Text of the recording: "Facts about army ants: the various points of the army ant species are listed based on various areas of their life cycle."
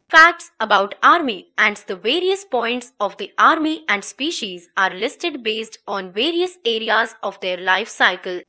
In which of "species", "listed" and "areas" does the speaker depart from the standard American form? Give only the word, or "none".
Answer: none